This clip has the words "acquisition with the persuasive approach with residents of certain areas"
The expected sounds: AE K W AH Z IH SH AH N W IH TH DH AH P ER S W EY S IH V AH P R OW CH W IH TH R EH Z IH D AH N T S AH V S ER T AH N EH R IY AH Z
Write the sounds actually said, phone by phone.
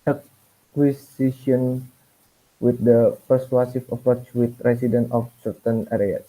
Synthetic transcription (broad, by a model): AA K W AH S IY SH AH N W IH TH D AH P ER S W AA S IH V AH P R OW CH W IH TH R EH S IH D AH N T AH F S ER T AH N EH R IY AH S